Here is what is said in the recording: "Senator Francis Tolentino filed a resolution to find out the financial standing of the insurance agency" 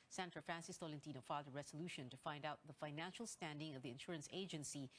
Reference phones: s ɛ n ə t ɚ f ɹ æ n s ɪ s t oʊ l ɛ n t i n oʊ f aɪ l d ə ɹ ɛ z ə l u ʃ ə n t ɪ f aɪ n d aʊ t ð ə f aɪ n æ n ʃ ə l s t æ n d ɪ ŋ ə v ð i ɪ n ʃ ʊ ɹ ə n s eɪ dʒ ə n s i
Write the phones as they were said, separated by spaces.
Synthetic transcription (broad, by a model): s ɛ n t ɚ f ɹ æ n s ɪ s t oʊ l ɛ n t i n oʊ f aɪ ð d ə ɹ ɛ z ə l u ʃ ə n t ɪ f aɪ n d aʊ t ð ə f aɪ n æ n ʃ ə l s t æ n d ɪ ŋ ə v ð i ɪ n ʃ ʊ ɹ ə n s eɪ dʒ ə n s i